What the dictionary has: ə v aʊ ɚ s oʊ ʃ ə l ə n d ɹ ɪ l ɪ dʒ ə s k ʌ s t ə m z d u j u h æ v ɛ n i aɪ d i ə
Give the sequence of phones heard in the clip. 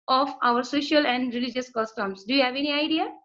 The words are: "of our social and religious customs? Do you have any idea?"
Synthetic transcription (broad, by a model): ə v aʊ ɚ s oʊ ʃ ə l ə n d ɹ ɪ l ɪ dʒ ə s k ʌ s t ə m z d u j u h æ v ɛ n i aɪ d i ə